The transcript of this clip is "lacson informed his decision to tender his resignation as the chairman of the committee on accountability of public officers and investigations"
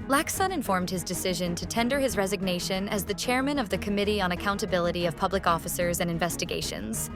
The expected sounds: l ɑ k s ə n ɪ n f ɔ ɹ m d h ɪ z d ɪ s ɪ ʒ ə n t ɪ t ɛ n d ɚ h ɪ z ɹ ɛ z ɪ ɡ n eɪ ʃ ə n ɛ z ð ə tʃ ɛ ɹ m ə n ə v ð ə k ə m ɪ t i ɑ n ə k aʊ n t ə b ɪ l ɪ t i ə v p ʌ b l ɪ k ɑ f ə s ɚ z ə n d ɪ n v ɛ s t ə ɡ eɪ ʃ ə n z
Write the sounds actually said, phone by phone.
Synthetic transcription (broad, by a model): l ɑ k s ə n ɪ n f ɔ ɹ m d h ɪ z d ɪ s ɪ ʒ ə n t ɪ t ɛ n d ɚ ɪ z ɹ ɛ z ɪ ɡ n eɪ ʃ ə n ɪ z ð ə tʃ ɛ ɹ m ə n ə v ð ə k ə m ɪ t i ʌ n ə k aʊ n t ə b ɪ l ɪ t i ə v p ʌ b l ɪ k ɑ f ə s ɚ z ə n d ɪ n v ɛ s t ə ɡ eɪ ʃ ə n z